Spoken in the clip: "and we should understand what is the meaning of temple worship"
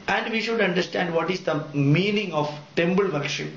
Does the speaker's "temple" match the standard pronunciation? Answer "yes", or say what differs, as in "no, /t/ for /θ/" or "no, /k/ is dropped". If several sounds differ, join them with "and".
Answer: no, /b/ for /p/